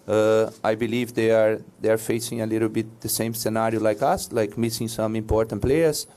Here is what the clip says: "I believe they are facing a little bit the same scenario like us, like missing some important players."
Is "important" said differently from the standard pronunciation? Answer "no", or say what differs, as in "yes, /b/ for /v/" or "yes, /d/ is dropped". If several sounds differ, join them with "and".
no